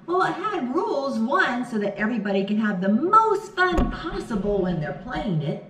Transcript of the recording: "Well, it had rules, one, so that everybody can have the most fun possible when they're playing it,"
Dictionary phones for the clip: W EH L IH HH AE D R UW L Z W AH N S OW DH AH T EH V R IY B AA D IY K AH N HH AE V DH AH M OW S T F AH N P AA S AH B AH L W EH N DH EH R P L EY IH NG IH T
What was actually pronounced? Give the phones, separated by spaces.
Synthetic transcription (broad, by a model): W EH L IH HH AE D R UW L Z W AH N S OW DH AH T EH V R IY B AA D IY K AH N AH V DH AH M OW S T F AH N P AA S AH B L W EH N DH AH R P L EY IH NG IH T